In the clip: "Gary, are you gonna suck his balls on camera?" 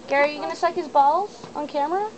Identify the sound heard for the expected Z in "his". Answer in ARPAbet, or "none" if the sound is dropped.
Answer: Z